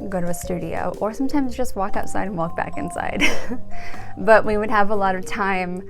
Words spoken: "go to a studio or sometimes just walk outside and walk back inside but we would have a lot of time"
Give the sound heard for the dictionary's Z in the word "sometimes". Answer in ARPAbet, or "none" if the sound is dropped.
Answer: Z